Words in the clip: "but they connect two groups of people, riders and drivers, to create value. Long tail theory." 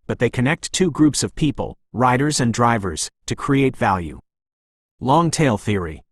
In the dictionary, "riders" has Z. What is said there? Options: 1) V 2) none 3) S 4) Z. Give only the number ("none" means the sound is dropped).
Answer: 4